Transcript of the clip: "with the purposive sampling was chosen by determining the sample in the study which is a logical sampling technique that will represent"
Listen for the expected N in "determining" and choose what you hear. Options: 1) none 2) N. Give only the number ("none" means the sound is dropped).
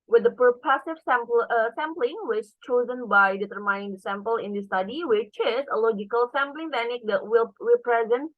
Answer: 1